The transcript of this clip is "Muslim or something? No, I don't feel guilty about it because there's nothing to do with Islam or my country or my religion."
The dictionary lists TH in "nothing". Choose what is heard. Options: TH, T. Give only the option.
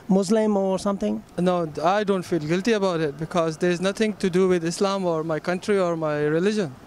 T